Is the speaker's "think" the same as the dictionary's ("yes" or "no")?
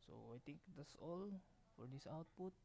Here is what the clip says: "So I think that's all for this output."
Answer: no